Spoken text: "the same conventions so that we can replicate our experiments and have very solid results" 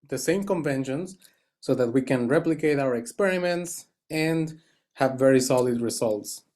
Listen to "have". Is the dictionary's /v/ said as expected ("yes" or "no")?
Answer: yes